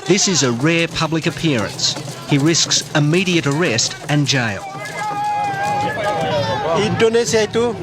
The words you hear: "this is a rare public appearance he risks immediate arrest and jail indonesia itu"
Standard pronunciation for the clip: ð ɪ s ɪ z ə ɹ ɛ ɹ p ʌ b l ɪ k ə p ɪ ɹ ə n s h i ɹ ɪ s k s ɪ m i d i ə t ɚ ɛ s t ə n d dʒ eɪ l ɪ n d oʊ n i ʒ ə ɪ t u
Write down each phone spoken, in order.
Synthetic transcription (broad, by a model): ð ɪ s ɪ z ə ɹ ɛ ɹ p ʌ b l ɪ k ə p ɪ ɹ ə n s h i ɹ ɪ s k s ɪ m i d i ə t ɚ ɛ s t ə n dʒ eɪ l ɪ d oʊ n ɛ s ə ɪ t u